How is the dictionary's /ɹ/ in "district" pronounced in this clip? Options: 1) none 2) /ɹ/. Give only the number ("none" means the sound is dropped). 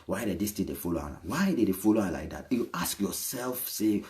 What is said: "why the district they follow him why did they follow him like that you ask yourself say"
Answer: 1